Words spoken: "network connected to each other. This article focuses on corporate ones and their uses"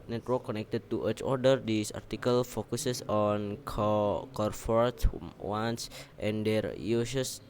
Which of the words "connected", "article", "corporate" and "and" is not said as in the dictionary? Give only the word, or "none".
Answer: corporate